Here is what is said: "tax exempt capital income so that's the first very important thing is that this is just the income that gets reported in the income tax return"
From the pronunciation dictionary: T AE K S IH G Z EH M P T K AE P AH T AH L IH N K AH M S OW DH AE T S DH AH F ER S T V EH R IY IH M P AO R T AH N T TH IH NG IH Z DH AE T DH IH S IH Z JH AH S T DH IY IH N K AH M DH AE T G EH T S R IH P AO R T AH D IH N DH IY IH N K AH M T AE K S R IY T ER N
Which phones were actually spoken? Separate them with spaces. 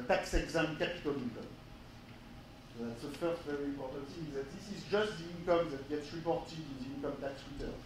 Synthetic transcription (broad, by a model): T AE K S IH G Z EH M K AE P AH T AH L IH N K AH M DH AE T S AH F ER S T V EH R IY IH M P AO R T AH N T IH Z DH AE T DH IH S IH Z JH AH S T DH IY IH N K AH M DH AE T G EH T S R IH P AO R T AH D IH N DH IY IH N K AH M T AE K S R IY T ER